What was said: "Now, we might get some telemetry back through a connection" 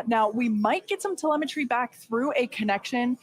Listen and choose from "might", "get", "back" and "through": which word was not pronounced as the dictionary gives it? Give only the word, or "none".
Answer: none